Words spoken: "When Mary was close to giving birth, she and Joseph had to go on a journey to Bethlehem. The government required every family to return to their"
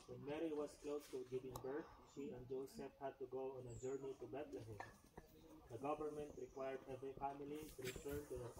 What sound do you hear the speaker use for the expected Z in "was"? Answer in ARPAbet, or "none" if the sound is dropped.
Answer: S